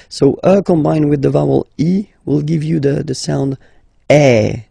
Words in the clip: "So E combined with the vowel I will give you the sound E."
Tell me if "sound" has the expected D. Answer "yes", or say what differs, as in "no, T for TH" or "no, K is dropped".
yes